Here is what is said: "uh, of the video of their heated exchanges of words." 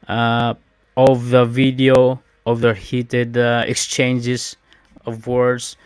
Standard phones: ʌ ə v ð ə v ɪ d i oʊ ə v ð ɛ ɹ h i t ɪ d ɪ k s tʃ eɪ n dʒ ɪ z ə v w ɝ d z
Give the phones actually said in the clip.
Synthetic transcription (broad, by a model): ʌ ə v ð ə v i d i oʊ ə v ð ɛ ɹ h i t ɪ d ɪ k s tʃ eɪ n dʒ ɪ s ə v w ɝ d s